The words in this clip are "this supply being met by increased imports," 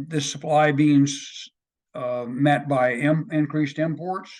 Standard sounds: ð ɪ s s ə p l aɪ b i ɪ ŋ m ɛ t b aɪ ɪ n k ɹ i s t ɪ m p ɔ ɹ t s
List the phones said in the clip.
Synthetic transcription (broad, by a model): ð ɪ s s ə p l aɪ b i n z m ɛ t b aɪ ɪ n k ɹ i s t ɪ m p ɔ ɹ t s